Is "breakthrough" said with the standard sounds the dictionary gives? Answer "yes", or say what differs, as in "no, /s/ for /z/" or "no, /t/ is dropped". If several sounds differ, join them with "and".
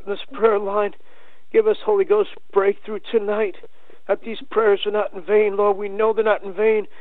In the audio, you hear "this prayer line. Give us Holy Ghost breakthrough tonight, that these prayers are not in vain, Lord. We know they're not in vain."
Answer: yes